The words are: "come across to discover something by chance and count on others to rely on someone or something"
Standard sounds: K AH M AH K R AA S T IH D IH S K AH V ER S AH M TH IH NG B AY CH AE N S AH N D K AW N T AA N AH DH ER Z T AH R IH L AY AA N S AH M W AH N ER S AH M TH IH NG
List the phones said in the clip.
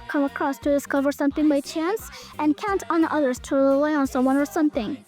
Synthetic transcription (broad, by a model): K AH M AH K R AA S T IH D IH S K AH V ER S AH M TH IH NG B AY CH AE N S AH N K AW N T N AH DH ER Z T AH R IH L AY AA N S AH M W AH N ER S AH M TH IH NG